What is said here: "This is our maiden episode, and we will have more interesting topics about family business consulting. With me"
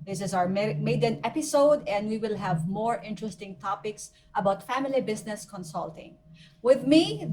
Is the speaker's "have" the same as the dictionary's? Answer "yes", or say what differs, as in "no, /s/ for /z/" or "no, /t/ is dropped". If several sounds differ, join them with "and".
yes